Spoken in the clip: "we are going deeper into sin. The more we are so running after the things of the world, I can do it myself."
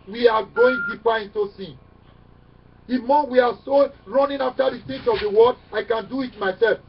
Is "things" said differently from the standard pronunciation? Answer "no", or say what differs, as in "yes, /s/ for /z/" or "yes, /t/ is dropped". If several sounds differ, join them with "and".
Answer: yes, /s/ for /θ/